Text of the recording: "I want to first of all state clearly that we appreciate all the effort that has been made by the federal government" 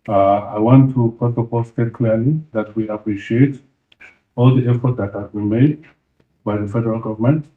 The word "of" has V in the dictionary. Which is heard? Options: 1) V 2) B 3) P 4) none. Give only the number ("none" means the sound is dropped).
3